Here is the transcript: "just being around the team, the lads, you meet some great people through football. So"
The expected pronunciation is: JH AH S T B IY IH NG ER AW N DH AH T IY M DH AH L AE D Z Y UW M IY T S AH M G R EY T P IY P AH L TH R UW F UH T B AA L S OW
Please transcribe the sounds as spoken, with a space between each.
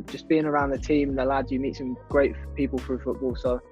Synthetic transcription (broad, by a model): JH AH S B IY IH NG ER AW N DH AH T IY M DH AH L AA D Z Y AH M IY T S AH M G R EY T P IY P AH L F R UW F UH T B AA L S OW